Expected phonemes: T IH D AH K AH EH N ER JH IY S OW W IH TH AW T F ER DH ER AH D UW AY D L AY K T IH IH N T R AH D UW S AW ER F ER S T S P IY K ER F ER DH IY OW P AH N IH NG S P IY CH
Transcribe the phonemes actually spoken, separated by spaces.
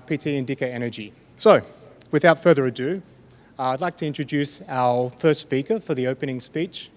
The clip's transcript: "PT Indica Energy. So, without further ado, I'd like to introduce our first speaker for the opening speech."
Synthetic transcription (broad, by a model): T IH D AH K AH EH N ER JH IY S OW W IH TH AW T F ER DH ER AH D UW AY D L AY K T IH IH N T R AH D UW S AW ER F ER S T S P IY K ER F ER DH IY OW P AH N IH NG S P IY CH